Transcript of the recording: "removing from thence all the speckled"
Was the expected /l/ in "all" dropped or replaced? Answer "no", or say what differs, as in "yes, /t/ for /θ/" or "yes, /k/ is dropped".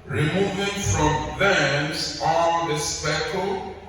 yes, /n/ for /l/